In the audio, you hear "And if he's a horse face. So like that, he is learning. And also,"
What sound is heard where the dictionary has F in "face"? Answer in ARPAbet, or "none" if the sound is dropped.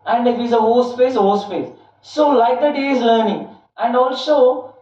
P